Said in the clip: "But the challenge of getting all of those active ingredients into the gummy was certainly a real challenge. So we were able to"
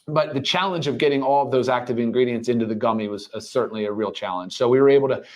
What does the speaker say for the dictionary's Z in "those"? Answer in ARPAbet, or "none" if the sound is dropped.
Z